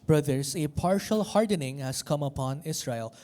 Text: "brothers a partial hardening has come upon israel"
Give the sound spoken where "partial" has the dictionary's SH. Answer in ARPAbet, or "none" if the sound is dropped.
SH